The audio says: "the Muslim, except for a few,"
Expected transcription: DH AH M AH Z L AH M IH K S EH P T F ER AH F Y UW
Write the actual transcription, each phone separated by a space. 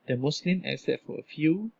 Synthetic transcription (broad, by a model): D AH M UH S L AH M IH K S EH T F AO AH F Y UW